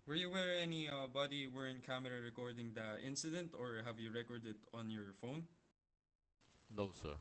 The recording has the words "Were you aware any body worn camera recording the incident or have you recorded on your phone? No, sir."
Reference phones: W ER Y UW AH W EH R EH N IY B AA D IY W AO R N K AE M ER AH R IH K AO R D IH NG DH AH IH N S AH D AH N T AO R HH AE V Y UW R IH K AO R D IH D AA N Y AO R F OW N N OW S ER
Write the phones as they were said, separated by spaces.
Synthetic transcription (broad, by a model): W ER Y UW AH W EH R EH N IY B AA D IY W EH R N K AE M ER AH R IH K AO R D IH NG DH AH IH N S AH D AH N T AO R HH AE V Y UW R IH K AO R D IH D AA N Y AO R F OW N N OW S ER